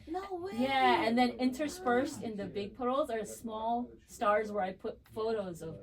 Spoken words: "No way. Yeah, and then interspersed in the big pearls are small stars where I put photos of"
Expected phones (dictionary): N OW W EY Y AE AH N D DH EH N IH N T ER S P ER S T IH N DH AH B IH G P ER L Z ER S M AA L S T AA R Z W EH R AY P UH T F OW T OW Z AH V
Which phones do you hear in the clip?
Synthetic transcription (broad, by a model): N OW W Y AE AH N DH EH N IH N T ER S F ER S T IH N DH AH B IH G P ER L Z ER S M AA L S T AA R Z W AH R AY P UH T F OW T OW Z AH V